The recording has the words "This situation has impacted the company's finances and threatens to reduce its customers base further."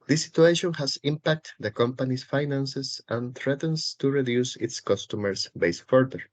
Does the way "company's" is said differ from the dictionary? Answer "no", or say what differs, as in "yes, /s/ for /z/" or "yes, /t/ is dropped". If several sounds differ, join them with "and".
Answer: yes, /s/ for /z/